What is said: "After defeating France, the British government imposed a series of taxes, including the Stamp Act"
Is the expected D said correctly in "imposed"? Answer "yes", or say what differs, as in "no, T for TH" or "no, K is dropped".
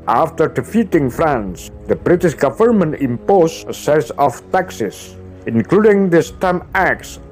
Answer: no, D is dropped